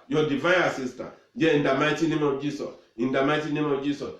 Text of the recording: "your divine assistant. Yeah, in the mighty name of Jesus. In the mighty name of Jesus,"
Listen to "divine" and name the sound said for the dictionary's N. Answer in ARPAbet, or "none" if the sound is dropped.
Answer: none